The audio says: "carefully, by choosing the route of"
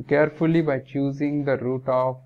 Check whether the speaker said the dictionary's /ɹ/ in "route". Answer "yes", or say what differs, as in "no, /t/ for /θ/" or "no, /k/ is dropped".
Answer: yes